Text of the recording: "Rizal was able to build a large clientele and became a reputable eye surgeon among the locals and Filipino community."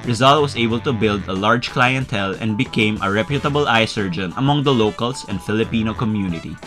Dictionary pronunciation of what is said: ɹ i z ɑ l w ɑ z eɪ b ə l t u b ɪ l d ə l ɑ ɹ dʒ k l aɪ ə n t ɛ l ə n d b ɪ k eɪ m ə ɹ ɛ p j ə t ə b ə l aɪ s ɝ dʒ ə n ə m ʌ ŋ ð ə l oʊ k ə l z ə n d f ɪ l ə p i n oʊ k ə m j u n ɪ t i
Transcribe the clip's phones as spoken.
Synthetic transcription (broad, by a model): ɹ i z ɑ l w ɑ s eɪ b ə l t u b ɪ l d ə l ɑ ɹ dʒ k l aɪ ə n t ɛ l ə n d b ɪ k eɪ m ə ɹ ɛ p j ə t ə b ə l aɪ s ɝ dʒ ə n ə m ʌ ŋ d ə l oʊ k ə l s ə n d f ɪ l ə p i n oʊ k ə m j u n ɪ t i